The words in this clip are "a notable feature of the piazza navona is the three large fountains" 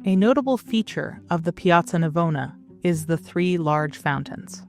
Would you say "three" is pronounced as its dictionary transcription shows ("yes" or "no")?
yes